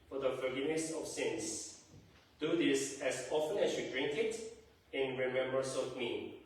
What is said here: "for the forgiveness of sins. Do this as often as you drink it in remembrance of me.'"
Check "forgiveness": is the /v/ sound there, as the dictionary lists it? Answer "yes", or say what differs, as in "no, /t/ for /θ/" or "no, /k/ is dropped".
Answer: no, /v/ is dropped